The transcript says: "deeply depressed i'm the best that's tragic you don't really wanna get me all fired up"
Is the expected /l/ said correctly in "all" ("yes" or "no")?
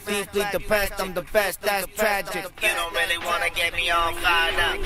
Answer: no